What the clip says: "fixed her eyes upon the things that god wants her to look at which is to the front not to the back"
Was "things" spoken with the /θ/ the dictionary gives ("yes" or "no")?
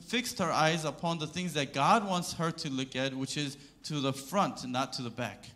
yes